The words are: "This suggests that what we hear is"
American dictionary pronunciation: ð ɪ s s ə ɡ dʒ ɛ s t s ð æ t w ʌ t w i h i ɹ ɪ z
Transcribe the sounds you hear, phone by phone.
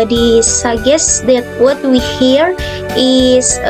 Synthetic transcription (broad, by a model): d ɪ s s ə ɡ ɛ s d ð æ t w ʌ t w i h i ɹ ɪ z